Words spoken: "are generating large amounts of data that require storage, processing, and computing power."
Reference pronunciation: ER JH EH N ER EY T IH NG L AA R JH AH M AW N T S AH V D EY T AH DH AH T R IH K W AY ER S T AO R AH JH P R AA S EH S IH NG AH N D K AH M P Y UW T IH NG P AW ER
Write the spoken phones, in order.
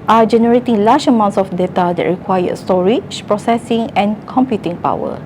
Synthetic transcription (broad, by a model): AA JH EH N ER EY T IH NG L AA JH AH M AW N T S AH F D EY T AH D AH T R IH K W AY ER S T AO R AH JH P R AA S EH S IH NG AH N K AH M P Y UW T IH NG P AW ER